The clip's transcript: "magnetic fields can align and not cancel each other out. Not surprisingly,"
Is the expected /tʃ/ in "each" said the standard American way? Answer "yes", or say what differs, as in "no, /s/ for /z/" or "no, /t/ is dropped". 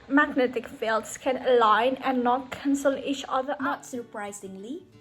yes